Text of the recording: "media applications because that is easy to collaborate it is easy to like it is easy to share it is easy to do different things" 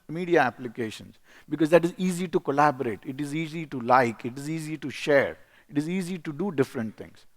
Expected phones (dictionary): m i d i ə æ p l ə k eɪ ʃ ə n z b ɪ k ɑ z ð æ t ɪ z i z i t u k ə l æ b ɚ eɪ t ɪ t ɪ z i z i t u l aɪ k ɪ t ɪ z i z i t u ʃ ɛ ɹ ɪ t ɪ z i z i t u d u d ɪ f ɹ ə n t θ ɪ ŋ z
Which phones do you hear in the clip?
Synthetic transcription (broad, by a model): m i d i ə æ p l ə k eɪ ʃ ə n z b ɪ k ɑ z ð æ t ɪ z i z i t u k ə l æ b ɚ eɪ t ɪ t ɪ z i z i t u l aɪ k ɪ t ɪ z i z i t u ʃ ɛ ɹ ɪ t ɪ z i z i t u d u d ɪ f ɹ ə n t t ɪ ŋ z